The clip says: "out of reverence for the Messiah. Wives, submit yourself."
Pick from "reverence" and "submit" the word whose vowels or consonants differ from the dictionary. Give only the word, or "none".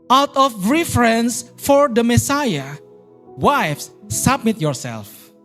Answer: reverence